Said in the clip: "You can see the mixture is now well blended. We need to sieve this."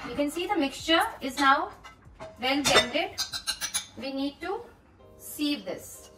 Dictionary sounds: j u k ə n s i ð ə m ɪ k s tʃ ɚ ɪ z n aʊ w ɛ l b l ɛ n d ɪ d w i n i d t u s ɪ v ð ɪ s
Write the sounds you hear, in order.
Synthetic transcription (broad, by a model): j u k ə n s i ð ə m ɪ k s tʃ ɚ ɪ z n aʊ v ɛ l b ɛ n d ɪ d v i n i d t u s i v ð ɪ s